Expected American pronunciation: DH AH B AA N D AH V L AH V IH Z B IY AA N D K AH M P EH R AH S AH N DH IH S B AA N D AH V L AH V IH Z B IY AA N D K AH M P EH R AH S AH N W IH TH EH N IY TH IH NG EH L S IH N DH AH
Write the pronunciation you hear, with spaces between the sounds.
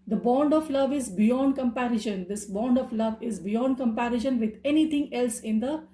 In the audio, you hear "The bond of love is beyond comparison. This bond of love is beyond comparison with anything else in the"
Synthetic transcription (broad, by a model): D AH B AA N D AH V L AH V IH Z B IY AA N D K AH M P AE R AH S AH N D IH S B AA N D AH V L AH V IH Z B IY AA N D K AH M P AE R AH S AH N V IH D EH N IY T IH NG EH L S IH N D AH